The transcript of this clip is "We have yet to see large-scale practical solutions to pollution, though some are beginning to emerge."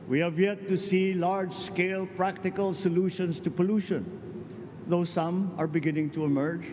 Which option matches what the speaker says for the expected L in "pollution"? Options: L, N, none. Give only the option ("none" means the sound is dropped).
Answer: L